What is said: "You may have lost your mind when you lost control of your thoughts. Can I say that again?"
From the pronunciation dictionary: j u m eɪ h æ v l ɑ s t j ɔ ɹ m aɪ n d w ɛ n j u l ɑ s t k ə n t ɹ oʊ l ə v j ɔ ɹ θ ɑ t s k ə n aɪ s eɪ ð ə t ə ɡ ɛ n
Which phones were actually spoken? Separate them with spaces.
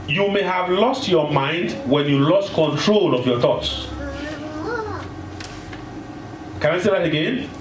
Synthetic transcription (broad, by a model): j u m eɪ h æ v l ɑ s t j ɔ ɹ m aɪ n d w ɛ n j u l ɑ s t k ə n t ɹ oʊ l ə v j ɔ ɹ θ ɑ t s k ə n aɪ s eɪ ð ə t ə ɡ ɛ n